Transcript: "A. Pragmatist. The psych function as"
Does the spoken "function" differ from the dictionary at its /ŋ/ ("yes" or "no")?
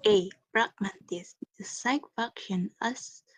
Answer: yes